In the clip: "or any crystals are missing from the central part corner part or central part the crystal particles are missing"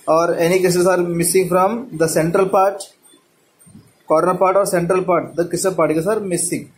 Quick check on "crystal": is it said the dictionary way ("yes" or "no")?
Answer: no